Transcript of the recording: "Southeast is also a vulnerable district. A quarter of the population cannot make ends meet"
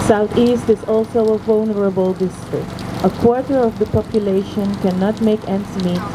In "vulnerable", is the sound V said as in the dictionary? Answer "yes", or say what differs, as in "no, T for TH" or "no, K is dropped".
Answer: yes